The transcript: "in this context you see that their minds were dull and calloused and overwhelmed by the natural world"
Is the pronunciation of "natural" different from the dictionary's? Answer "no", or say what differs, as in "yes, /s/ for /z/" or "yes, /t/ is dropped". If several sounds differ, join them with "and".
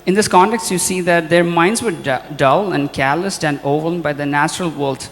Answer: no